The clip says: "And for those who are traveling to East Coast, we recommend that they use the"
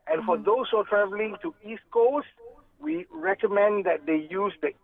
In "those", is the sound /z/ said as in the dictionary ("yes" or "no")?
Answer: no